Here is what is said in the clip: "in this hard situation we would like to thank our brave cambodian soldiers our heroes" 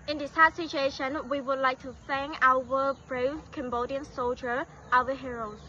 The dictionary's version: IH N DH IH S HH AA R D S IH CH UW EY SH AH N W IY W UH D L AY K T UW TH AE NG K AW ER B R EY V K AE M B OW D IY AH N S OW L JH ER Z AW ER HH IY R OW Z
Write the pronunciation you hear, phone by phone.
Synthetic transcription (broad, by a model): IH N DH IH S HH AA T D S IH CH UW EY SH AH N W IY W UH D L AY K T UW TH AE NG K AW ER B R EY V K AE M B OW D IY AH N S OW L JH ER AW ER HH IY R OW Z